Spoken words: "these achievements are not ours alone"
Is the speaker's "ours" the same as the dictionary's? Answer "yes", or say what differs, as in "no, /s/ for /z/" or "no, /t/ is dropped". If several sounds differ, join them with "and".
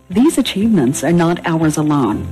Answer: yes